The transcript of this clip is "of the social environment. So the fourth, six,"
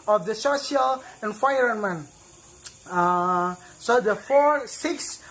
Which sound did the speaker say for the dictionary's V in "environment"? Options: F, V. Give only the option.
F